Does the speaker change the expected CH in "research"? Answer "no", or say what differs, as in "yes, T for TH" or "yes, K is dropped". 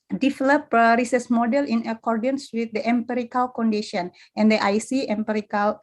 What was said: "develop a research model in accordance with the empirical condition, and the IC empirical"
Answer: yes, S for CH